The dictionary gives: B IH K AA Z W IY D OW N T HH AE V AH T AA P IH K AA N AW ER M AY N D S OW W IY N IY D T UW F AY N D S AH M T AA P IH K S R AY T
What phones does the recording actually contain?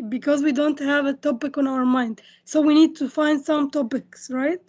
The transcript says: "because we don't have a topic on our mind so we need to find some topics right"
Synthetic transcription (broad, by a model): B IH K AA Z W IY D OW N T HH AE V AH T AA P IH K AA N AW ER M AY N D S OW W IY N IY D T UW F AY N D S AH M T AA P IH K S R AY T